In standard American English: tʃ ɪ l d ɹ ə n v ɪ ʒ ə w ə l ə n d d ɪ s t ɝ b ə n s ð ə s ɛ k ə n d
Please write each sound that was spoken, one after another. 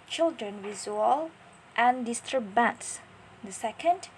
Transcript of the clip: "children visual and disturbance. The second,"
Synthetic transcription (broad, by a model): tʃ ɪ l d ɹ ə n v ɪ z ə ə l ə n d d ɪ s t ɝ b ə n s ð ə s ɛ k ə n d